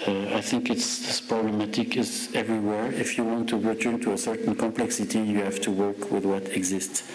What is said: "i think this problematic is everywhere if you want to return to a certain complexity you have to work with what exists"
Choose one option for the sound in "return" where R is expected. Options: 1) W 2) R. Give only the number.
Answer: 2